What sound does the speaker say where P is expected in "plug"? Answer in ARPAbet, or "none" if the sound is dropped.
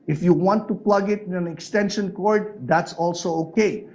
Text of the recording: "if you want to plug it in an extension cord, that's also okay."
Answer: P